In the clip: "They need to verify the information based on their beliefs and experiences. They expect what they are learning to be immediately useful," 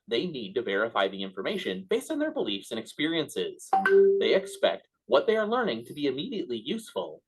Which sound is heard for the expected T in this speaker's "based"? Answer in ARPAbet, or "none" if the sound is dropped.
T